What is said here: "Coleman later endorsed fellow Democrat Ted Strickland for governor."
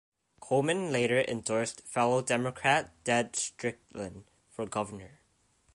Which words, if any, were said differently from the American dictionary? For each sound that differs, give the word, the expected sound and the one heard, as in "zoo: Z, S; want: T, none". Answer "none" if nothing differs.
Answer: coleman: L, none